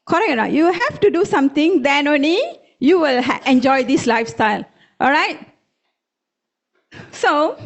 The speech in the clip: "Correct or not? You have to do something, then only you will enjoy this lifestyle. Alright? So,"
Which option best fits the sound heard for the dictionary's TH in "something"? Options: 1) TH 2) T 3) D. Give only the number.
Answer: 2